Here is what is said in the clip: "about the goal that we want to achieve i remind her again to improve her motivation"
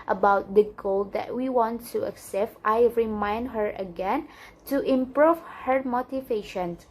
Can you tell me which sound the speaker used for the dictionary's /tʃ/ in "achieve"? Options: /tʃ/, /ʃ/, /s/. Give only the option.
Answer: /s/